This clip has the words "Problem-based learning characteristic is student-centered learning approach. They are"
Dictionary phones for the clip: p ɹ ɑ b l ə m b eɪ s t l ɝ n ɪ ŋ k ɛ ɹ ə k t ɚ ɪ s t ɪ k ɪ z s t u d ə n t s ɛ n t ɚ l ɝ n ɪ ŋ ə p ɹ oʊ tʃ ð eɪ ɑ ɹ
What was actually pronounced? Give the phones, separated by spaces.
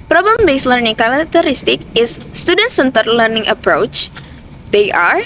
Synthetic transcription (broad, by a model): p ɹ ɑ b l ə m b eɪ s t l ɝ n ɪ ŋ k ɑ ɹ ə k t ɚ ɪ s t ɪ k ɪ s t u d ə n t s ɛ n t ɚ l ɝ n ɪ ŋ ə p ɹ oʊ tʃ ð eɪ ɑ ɹ